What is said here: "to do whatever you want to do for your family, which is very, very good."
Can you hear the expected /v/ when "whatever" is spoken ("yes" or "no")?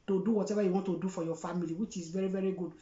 no